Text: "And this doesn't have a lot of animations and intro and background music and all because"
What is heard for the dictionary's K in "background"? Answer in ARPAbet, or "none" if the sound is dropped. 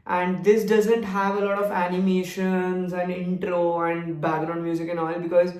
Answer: none